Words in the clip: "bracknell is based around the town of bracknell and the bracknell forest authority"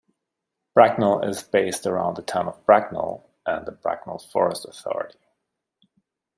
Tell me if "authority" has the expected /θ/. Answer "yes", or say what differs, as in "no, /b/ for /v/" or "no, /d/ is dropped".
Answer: yes